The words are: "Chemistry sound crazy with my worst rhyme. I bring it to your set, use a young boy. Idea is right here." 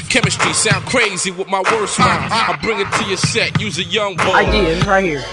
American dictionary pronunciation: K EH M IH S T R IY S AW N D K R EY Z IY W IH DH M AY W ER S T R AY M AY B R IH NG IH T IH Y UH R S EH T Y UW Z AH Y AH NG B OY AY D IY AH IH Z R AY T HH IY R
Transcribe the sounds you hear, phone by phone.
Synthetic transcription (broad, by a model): K EH M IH S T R IY S AW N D K R EY Z IY W IH DH M AY W ER S T W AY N AY B R IH NG IH T IH Y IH S EH T Y UW Z AH Y AH NG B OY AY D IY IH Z R AY T HH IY R